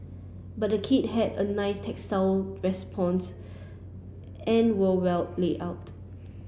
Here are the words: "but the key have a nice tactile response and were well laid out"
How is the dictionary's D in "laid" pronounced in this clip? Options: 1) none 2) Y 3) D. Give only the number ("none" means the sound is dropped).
1